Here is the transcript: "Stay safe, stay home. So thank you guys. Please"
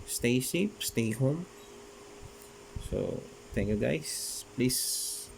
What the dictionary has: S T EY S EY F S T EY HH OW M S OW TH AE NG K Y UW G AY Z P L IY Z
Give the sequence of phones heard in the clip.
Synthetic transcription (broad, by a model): S T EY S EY P S T EY HH OW M S OW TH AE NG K Y UW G AY S P L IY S